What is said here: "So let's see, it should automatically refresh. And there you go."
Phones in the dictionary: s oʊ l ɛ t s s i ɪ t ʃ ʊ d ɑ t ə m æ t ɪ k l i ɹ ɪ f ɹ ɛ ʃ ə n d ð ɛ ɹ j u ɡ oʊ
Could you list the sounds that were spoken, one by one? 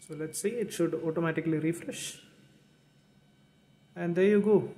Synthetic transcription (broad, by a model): s oʊ l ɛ t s s i ɪ t ʃ ʊ d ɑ t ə m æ t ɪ k l i ɹ ɪ f ɹ ɛ ʃ ə n d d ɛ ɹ j u ɡ oʊ